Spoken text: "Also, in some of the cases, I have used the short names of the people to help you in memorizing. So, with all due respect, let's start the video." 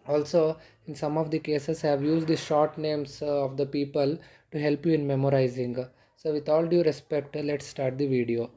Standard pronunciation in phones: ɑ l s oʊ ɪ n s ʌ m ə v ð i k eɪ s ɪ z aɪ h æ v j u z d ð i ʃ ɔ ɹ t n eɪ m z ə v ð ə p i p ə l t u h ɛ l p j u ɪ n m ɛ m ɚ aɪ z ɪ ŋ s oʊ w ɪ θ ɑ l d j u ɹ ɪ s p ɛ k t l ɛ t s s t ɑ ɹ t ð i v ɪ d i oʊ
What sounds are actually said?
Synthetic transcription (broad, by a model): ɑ l s oʊ ɪ n s ʌ m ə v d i k eɪ s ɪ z h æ v j u z d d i ʃ ɔ ɹ t n eɪ m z ə v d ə p i p ə l t u h ɛ l p j u ɪ n m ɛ m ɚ aɪ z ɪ ŋ s oʊ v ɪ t ɑ l d j u ɹ ɪ s p ɛ k t l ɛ t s s t ɑ ɹ t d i v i d i oʊ